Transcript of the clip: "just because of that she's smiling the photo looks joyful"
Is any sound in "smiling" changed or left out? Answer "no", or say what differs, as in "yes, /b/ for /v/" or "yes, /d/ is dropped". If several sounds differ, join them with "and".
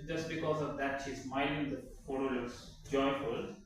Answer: yes, /n/ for /l/